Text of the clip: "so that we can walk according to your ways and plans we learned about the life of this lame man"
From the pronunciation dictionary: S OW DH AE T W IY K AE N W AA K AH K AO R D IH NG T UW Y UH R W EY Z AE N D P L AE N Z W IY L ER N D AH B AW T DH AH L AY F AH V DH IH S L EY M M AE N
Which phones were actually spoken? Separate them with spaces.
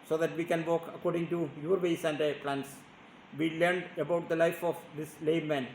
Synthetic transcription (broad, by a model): S OW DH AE T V IY K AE N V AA K AH K AO R D IH NG T UW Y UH R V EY S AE N D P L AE N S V IY L ER N D AH B AW T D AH L AY F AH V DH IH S L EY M M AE N